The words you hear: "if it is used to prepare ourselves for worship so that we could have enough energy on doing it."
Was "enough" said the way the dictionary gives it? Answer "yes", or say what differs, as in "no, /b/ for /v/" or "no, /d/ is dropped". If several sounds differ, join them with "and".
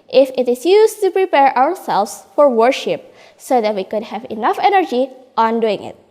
yes